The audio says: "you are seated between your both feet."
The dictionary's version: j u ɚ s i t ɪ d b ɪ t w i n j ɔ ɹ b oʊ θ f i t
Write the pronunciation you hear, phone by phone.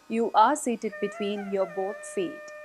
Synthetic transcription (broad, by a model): j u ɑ s i t ɪ d b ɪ t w i n j ɔ ɹ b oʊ t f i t